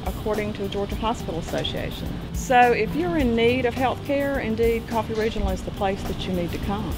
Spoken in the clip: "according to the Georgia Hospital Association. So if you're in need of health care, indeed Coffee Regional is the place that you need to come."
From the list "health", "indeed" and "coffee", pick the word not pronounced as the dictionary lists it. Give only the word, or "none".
none